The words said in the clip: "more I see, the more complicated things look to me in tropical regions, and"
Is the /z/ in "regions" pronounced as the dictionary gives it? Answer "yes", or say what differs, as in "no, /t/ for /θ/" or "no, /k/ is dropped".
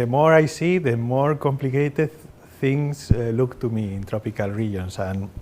no, /s/ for /z/